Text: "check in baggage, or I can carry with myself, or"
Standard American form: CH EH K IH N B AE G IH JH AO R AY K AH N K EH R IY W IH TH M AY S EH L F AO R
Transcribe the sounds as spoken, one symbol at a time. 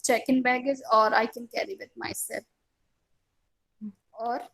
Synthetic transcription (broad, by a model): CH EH K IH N B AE G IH Z AO R AY K AH N K EH R IY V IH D M AY S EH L AO R